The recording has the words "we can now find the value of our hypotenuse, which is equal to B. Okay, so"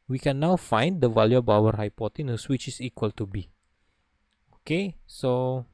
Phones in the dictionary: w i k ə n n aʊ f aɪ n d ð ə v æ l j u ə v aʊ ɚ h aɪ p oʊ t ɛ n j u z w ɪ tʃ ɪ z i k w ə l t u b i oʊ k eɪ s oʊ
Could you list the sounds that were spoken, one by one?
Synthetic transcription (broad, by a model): w i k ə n n aʊ f aɪ n d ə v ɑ l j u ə b aʊ ɚ h aɪ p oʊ t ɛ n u s w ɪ tʃ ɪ s i k w ə l t u b i oʊ k eɪ s oʊ